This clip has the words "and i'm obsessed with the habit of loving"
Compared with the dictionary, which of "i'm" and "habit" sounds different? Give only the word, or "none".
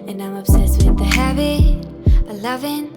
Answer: habit